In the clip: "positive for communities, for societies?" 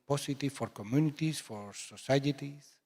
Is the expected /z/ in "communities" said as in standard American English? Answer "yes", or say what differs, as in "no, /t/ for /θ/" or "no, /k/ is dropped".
no, /s/ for /z/